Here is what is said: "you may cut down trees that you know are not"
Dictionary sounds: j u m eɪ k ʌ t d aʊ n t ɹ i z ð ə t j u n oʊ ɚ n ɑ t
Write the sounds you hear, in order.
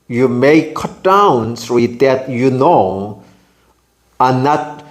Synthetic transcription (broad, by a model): j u m eɪ k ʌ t d aʊ n s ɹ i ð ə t j u n oʊ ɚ n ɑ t